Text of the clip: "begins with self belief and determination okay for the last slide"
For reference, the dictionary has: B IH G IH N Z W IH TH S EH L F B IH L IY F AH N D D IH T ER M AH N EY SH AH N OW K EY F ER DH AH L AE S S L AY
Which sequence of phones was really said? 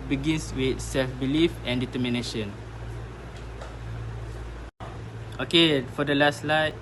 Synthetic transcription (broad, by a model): B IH G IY N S W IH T S EH L F B IH L IY F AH N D D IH T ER M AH N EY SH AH N OW K EY F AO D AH L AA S S L AY